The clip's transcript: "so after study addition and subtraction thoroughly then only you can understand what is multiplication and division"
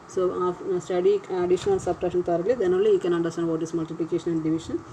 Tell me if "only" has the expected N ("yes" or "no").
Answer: no